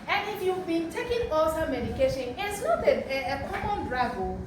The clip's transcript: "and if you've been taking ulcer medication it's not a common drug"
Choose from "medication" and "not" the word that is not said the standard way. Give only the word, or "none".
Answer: not